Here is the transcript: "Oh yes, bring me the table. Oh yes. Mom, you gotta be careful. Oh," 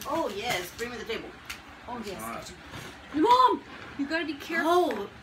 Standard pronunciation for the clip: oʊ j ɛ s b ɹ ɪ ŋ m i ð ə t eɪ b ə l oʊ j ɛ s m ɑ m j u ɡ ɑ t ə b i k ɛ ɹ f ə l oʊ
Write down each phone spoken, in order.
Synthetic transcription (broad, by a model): oʊ j ɛ s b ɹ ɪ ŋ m ð ə t eɪ b ə l oʊ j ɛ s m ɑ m j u ɡ ɑ t ə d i k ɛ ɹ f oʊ